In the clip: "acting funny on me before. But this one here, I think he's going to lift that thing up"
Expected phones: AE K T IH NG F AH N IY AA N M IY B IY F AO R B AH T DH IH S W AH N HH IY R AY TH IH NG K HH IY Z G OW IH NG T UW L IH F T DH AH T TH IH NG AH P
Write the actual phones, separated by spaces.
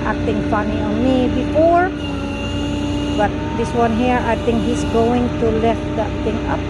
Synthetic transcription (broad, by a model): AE K T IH NG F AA N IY AA N M IY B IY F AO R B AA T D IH S W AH N HH IY R AY T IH NG K HH IY S G OW IH NG T UW L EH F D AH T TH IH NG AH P